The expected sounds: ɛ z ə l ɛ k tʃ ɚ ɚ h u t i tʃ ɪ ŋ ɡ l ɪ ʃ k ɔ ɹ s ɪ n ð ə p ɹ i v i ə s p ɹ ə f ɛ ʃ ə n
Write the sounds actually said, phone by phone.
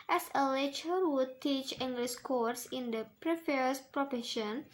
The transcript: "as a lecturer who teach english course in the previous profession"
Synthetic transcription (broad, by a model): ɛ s ə l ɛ tʃ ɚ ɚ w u t i tʃ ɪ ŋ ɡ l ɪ s k ɔ ɹ s ɪ n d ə p ɹ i f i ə s p ɹ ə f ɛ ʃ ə n